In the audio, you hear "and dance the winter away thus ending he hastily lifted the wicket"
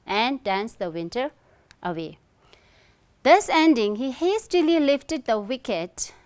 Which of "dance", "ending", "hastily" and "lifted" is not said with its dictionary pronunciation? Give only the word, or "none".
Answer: none